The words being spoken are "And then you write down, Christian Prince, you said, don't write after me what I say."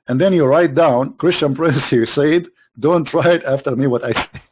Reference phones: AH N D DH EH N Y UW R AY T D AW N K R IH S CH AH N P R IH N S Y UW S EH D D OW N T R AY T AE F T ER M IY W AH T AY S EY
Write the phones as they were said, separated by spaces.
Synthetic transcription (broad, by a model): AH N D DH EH N Y UW R AY T D AW N K R IH S CH AH N P R IH N S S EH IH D D OW N T R AY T AE F T ER M IY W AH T AY S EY